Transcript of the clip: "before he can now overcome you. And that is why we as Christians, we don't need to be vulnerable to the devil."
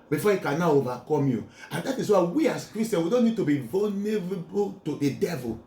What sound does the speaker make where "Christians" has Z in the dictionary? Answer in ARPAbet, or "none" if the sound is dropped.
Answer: none